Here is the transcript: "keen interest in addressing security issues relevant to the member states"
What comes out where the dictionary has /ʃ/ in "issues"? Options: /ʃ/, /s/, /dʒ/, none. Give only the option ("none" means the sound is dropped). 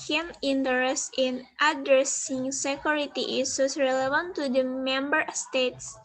/s/